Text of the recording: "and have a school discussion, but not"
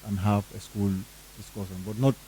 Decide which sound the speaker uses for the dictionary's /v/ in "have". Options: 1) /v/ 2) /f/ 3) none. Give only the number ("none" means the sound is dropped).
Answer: 2